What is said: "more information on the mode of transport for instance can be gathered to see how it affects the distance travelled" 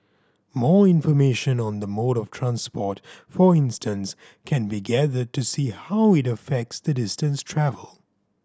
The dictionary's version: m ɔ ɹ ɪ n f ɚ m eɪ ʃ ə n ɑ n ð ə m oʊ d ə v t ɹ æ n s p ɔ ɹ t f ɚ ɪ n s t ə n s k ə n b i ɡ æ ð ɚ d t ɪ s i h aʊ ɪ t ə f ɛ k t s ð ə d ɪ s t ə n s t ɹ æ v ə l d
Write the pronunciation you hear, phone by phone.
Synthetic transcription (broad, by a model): m ɔ ɹ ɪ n f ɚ m eɪ ʃ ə n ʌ n ð ə m oʊ d ə v t ɹ æ n s p ɔ ɹ t f ɚ ɪ n s t ə n s k ə n b i ɡ æ ð ɚ d t ɪ s i h aʊ ɪ t ə f ɛ k t s ð ə d ɪ s t ə n s t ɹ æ v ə l